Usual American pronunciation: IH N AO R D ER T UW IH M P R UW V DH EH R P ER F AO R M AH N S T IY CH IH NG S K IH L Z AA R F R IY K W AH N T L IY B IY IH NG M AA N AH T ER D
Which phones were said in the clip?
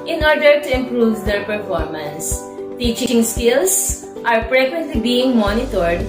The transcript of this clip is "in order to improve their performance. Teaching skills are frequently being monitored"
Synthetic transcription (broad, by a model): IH N AO R D ER T UW IH M P R UW V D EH R P ER F AO R M AH N S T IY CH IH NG S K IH L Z AA R P R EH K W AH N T L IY B IY IH NG M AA N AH T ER D